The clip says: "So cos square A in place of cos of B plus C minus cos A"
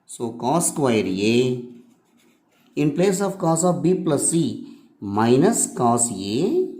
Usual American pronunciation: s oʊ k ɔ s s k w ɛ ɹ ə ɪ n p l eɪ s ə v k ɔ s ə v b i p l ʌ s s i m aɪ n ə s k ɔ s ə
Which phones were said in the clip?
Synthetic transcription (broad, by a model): s oʊ k ɔ s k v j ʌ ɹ ə ɪ n p l eɪ s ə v k ɔ s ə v b i p l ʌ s s i m aɪ n ə s k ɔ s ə